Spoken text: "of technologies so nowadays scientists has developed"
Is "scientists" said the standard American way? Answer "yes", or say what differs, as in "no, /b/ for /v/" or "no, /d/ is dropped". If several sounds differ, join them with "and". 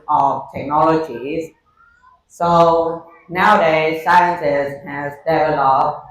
no, /s/ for /t/